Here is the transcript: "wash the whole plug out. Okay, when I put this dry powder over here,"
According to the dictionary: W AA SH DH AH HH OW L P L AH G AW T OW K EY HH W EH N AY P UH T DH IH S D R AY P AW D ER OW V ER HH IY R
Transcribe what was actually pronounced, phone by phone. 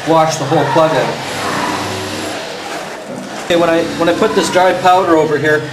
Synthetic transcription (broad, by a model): W AA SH DH AH HH OW L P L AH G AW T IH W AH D W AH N AY P UH T DH IH S D R AY P AW D ER OW V ER HH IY R